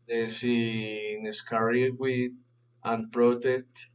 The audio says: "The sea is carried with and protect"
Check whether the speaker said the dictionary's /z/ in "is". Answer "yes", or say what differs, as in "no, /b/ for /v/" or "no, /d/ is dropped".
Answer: no, /s/ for /z/